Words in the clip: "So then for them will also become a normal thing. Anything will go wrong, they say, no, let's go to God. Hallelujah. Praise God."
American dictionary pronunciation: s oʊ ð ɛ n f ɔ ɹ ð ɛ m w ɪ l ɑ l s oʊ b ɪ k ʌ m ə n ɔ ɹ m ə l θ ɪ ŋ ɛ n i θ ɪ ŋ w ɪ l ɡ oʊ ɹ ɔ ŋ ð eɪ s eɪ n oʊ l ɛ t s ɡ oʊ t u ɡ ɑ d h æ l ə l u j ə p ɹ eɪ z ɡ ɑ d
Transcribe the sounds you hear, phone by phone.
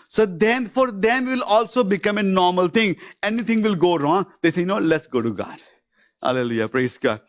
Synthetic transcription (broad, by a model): s oʊ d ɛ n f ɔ ɹ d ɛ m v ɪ l ɑ l s oʊ b ɪ k ʌ m ə n ɔ ɹ m ə l t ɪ ŋ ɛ n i t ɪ ŋ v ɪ l ɡ oʊ ɹ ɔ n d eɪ s eɪ n oʊ l ɛ t s ɡ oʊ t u ɡ ɑ d h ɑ l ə l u j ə p ɹ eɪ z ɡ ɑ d